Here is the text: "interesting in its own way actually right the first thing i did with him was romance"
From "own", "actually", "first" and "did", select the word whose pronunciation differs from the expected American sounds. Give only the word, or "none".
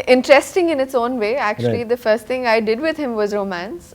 actually